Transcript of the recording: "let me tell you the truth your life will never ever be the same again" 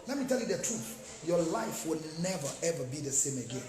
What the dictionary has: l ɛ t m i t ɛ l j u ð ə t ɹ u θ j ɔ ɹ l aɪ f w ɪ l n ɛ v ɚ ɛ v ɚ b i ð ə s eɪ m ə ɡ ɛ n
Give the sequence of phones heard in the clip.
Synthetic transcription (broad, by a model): l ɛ t m i t ɛ l j u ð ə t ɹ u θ j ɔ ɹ l aɪ f w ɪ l n ɛ v ɚ ɛ v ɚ b i ð ə s eɪ m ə ɡ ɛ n